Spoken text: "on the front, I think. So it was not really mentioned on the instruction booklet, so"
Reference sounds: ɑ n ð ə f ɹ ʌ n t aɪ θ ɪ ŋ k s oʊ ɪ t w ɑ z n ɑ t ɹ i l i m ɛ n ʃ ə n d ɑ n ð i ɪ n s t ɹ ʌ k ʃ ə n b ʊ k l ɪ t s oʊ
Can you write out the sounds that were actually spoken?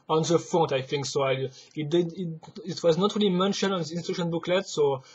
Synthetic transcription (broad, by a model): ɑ n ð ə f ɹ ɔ t aɪ θ ɪ ŋ k s oʊ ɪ t w ɑ z n ɑ t ɹ i l i m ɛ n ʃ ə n ɑ n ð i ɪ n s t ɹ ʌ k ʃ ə n b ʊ k l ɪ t s oʊ